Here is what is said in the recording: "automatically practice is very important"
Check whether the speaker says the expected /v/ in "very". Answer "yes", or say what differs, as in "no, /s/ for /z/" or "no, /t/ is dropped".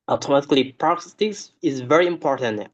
yes